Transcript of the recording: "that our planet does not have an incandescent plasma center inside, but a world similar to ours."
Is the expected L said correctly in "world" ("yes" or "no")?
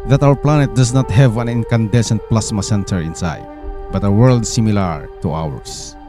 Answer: yes